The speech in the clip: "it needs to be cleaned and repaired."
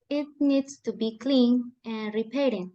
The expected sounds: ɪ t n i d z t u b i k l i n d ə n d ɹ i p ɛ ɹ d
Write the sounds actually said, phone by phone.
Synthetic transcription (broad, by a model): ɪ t n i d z t u b i k l i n ə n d ɹ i p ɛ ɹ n